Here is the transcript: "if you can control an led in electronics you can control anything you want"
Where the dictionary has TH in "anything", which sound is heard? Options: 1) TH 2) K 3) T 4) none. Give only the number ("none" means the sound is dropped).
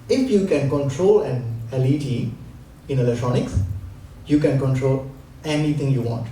3